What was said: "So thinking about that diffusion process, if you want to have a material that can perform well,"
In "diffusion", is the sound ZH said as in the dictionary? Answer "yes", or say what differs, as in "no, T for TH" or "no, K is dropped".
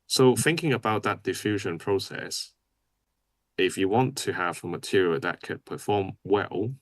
yes